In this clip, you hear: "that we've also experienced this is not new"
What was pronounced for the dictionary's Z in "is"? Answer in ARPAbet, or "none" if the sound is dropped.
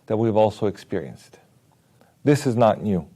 Z